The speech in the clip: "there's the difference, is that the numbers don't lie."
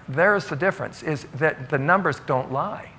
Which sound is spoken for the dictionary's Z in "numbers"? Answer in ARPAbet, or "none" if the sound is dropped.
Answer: Z